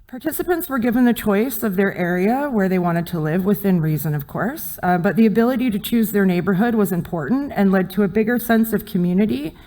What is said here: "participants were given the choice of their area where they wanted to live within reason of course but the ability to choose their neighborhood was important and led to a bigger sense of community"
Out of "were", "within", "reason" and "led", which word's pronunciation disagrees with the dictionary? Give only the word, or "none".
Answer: none